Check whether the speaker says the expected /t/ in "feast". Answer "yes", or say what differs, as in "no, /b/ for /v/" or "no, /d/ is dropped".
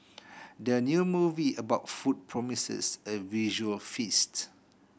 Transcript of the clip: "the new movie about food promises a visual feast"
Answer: yes